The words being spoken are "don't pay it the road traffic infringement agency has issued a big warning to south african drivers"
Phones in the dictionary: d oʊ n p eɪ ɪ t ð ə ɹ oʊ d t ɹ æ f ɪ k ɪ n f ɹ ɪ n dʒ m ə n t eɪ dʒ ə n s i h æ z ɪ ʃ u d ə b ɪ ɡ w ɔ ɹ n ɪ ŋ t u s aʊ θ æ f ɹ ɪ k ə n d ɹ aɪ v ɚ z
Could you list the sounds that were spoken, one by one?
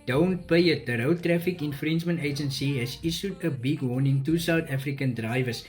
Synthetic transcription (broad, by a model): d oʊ n p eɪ ɪ t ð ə ɹ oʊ t ɹ æ f ɪ k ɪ n f ɹ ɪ n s m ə n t eɪ dʒ ə n s i h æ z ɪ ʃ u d ə b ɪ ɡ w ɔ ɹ n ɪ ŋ t u s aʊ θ æ f ɹ ɪ k ə n d ɹ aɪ v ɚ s